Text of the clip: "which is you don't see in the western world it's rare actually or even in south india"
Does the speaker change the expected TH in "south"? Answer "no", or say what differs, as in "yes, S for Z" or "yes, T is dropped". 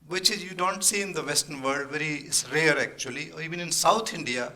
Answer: yes, T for TH